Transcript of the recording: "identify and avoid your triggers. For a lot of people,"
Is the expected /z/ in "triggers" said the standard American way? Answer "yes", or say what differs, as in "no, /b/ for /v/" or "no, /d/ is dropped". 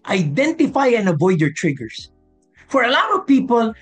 no, /s/ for /z/